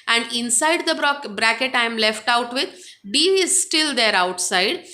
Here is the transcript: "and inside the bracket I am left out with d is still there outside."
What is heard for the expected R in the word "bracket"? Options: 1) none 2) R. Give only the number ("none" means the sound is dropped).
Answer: 2